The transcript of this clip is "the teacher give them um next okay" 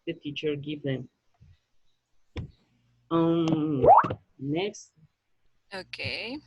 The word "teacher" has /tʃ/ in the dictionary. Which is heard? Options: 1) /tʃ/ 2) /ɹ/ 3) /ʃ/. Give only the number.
1